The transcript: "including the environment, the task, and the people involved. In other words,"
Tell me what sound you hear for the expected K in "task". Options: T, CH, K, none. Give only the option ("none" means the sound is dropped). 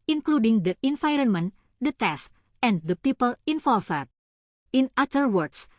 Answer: none